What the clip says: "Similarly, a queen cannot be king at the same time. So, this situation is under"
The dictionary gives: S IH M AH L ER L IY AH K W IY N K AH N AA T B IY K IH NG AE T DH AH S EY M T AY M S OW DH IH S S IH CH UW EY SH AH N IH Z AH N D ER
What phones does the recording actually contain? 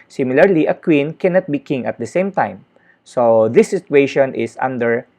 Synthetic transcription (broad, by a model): S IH M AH L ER L IY AH K W IY N K AH N AA T B IY K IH NG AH T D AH S EY M T AY M S OW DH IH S S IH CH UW EY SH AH N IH S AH N D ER